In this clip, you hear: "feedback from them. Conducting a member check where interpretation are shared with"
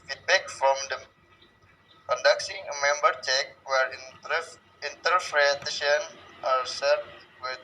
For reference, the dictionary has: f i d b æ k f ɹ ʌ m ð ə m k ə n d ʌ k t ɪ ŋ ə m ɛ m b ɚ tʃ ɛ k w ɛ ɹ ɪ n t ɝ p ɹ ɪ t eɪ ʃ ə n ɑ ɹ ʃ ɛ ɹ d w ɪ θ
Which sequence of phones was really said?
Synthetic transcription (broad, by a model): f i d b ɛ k f ɹ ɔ m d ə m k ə n d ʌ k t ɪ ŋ ə m ɛ m b ɚ tʃ ɛ k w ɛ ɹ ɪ n t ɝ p ɹ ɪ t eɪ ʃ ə n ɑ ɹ s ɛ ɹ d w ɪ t